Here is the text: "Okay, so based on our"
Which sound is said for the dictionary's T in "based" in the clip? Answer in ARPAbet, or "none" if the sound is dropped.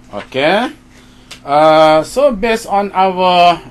none